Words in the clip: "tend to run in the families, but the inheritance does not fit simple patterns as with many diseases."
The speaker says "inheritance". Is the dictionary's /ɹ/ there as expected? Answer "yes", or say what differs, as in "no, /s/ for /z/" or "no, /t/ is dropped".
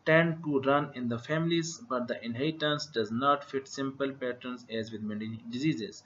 no, /ɹ/ is dropped